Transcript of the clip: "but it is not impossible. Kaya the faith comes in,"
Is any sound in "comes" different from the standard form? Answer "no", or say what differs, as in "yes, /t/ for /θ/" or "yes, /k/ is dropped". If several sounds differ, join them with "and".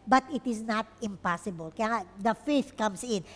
yes, /s/ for /z/